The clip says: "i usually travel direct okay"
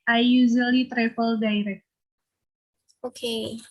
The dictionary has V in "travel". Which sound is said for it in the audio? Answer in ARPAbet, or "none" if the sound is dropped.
F